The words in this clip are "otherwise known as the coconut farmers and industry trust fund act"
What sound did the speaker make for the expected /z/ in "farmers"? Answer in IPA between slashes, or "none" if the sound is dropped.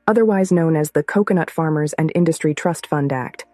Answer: /z/